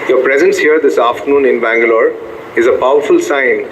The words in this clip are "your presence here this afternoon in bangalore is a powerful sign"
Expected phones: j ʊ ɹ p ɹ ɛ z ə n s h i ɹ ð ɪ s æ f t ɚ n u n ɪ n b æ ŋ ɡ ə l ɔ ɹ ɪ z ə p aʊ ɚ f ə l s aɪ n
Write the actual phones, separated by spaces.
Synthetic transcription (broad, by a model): j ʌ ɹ p ɹ ɛ z ə n s h i ɹ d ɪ s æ f t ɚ n u n ɪ n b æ ŋ ɡ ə l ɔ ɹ ɪ z ə p aʊ ɚ f ə l s aɪ n